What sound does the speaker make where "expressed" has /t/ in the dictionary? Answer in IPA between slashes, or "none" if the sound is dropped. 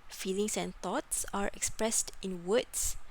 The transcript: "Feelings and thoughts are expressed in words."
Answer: /t/